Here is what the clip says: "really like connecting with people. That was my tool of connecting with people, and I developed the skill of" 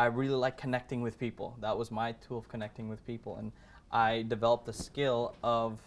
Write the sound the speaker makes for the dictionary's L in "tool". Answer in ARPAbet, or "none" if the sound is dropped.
L